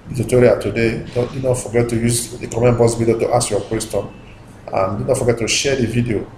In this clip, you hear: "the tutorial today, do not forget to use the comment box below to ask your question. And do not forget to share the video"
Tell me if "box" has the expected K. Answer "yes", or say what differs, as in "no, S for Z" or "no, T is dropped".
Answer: no, K is dropped